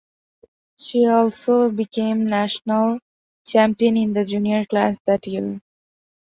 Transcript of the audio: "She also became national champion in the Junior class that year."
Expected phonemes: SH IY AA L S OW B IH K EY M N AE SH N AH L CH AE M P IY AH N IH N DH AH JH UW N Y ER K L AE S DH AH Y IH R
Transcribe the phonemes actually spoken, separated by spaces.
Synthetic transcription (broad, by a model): SH IY AA L S OW B IH K EY M N AE SH N AH L CH AE M P IY AH N IH N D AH JH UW N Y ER K L AE S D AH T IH L